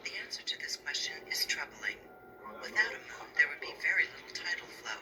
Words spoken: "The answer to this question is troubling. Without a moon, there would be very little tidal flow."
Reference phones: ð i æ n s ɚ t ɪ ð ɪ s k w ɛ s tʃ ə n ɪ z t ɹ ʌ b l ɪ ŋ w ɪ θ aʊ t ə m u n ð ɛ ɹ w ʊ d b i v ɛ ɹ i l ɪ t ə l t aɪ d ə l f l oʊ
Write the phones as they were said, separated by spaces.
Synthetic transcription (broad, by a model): ð i æ n s ɚ t ɪ ð ɪ s k w ɛ s tʃ ə n ɪ z t ɹ ʌ b l ɪ ŋ w ɪ θ aʊ t ə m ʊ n ð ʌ ɹ w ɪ d b i v ɛ ɹ i l ɪ t l t aɪ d l f l oʊ